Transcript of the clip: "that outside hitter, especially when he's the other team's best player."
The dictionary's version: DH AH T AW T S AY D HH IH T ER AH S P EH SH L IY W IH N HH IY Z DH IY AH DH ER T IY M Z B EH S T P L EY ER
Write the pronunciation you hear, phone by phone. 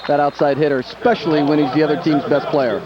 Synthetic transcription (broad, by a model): DH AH T AW T S AY D HH IH T ER S P EH SH L IY W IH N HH IY Z DH IY AH DH ER T IY M Z B EH S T P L EY ER